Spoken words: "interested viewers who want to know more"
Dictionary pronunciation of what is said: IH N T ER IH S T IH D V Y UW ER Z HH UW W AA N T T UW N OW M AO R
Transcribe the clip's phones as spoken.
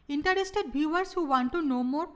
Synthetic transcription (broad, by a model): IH N T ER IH S T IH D B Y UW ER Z HH UW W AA N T T UW N OW M AO R